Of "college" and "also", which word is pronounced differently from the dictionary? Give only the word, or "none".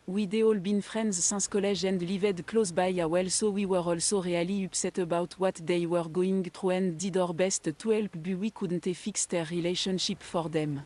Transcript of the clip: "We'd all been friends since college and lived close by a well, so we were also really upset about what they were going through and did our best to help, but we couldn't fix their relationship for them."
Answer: college